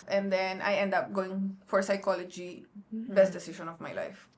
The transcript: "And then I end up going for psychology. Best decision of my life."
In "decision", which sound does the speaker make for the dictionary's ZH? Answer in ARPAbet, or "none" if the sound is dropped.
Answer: S